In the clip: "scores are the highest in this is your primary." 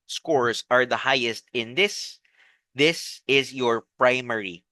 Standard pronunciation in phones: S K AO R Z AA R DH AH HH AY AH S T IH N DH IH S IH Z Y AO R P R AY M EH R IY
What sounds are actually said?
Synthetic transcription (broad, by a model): S K AO R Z AA R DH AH HH AY AH S T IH N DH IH S IH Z Y AO R P R AY M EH R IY